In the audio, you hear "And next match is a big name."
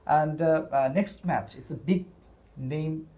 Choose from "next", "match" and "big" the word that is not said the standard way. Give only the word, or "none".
none